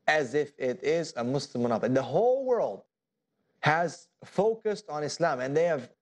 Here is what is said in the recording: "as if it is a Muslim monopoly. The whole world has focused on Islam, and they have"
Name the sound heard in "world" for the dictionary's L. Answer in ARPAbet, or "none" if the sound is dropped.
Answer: L